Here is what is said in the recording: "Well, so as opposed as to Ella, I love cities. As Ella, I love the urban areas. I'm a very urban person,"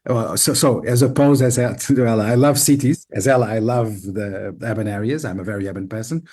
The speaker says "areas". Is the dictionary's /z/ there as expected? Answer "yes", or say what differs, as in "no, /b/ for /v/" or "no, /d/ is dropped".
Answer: yes